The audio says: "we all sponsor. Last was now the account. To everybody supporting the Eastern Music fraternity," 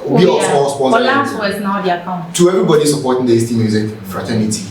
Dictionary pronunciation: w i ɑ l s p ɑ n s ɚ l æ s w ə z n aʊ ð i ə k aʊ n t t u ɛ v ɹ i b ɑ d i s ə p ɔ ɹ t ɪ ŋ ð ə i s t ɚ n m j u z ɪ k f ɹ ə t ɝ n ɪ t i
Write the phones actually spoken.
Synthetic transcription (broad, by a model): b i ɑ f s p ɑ s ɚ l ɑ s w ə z n aʊ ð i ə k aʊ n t t u ɛ v ɹ i b ɑ d i s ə p ɔ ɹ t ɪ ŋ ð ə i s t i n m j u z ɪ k f ɹ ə t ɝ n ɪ t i